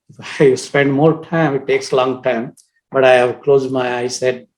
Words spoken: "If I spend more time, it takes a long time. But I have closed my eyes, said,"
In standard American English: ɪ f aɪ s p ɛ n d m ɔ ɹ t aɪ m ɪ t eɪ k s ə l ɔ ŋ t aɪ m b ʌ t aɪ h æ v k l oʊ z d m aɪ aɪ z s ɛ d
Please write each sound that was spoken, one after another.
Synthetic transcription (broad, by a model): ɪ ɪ s p ɛ n d m ɔ ɹ t aɪ m ɪ t eɪ k s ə l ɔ ŋ t aɪ m b ʌ t aɪ h æ v k l oʊ z d m aɪ aɪ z s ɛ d